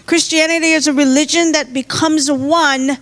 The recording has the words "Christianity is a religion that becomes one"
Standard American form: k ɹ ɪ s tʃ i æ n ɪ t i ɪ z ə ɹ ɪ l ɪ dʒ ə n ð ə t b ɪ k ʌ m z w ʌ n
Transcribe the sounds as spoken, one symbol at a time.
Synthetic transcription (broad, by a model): k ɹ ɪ s tʃ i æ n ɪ t i ɪ z ə ɹ ɪ l ɪ dʒ ə n ð ə t b ɪ k ʌ m z w ʌ n